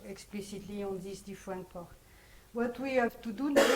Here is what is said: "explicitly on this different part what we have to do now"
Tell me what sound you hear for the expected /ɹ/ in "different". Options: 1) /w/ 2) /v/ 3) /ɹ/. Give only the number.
1